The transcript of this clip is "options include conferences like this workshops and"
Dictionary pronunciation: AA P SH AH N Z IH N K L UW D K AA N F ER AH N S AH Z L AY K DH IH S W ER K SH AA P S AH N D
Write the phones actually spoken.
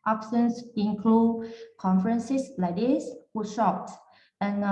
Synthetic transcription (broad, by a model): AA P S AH N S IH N K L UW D K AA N F ER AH N S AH S L AY K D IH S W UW SH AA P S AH N